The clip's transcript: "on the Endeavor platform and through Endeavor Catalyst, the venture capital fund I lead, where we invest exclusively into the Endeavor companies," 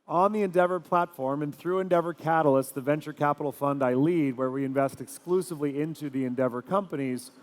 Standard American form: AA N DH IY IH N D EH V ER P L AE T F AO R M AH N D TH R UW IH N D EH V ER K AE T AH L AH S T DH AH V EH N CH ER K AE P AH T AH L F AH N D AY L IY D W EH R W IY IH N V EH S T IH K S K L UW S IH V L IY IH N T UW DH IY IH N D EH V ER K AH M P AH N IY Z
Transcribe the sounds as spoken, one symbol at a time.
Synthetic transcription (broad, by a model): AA N DH IY IH N D EH V ER P L AE T F AO R M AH N TH R UW IH N D EH V ER K AE T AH L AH S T DH AH V EH N CH ER K AE P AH T L F AH N D AY L IY D W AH R W IY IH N V EH S T IH K S K L UW S IH V L IY IH N T UW DH IY IH N D EH V ER K AH M P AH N IY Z